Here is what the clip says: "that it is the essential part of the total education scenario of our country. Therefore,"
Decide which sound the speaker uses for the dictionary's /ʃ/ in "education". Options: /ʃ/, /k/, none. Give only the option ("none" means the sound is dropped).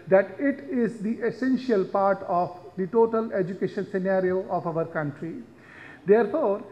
/ʃ/